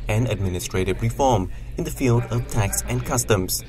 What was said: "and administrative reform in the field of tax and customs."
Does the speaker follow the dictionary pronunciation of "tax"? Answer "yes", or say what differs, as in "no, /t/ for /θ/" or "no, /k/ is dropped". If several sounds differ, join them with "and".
yes